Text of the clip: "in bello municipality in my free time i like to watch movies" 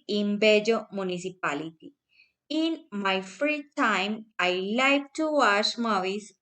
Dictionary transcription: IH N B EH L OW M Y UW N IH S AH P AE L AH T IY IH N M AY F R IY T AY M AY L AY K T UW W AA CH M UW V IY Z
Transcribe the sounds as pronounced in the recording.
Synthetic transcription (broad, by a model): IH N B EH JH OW M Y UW N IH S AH P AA L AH T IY IH N M AY F R IY T AY M AY L AY K T UW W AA SH M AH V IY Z